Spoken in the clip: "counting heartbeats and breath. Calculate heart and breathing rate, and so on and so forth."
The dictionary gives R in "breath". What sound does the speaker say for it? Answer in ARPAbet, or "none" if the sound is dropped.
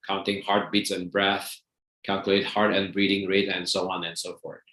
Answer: R